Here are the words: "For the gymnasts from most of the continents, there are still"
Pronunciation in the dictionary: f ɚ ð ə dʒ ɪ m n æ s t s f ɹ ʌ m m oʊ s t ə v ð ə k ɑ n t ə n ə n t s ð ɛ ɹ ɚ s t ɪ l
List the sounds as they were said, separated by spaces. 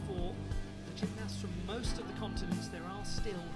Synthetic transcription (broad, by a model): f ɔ ð ə tʃ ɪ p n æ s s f ɹ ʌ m m oʊ s t ə v ð ə k ɑ n t ə n ə n t s ð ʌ ɹ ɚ s t ɪ l